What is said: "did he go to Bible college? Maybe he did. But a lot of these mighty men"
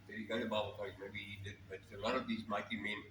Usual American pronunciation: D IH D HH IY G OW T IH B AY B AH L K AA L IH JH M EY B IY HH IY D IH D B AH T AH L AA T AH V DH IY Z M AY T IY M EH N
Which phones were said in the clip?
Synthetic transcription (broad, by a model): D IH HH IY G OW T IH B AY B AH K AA IH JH M EY B IY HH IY D IH D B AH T AH L AA T AH V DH IY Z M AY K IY M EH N